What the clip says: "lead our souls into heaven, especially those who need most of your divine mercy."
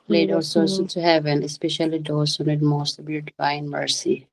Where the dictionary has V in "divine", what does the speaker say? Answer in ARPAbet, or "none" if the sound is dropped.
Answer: F